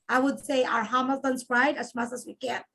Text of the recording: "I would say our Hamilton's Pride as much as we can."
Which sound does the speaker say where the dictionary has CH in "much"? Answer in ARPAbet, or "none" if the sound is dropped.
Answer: S